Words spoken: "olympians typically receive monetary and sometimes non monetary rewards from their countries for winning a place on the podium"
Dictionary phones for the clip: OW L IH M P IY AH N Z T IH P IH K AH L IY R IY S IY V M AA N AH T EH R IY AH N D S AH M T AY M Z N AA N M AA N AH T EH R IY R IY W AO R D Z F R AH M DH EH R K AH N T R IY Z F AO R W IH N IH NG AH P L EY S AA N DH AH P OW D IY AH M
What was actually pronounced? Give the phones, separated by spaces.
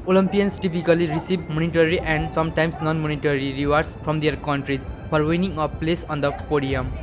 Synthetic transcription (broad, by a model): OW L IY M P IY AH N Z T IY P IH K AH L IY R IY S IY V M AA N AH T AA R IY AH N D S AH M T AY M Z N AA N M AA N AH T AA R IY R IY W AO R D S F R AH M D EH R K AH N T R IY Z P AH R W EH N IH NG AH P L EY S AA N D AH P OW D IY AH M